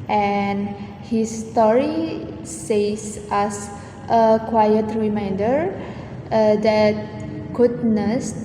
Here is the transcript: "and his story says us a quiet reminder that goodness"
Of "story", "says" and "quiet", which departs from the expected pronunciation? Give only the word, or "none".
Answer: says